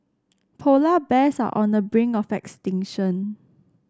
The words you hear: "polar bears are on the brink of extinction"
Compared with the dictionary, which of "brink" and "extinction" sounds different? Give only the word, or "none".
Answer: brink